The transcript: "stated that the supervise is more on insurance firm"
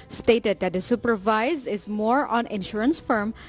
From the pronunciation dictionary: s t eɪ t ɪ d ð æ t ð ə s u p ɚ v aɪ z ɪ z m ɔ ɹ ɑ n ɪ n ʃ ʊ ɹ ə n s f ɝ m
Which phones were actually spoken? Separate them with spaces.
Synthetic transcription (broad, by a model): s t eɪ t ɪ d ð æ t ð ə s u p ɚ v aɪ z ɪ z m ɔ ɹ ɑ n ɪ n ʃ ʊ ɹ ə n s f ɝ m